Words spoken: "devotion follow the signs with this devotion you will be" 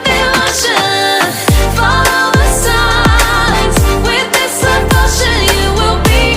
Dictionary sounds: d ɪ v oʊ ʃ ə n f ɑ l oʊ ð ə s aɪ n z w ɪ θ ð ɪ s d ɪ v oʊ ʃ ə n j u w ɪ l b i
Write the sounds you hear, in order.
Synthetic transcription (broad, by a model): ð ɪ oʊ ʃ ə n f ɑ l oʊ ð ə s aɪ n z w ɪ ð ɪ s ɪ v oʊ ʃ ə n j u w ɪ l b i